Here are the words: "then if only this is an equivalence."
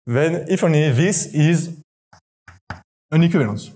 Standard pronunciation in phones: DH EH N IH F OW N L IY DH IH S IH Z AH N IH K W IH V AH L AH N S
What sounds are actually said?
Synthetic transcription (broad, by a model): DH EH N IH F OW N IY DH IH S IH Z AH N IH K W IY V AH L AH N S